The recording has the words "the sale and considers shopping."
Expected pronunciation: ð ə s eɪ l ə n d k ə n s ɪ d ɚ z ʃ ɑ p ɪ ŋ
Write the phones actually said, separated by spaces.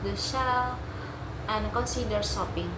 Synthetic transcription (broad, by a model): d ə ʃ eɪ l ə n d k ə n s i d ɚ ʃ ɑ p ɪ ŋ